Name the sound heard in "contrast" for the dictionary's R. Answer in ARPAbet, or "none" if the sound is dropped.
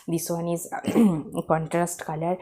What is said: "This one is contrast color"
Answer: R